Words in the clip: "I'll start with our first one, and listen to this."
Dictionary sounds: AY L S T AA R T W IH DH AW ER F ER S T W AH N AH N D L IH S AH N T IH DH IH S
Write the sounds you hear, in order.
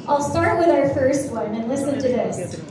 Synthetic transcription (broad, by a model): AY L S T AA R T W IH DH AW ER F ER S T W AH N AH N L IH S AH N T IH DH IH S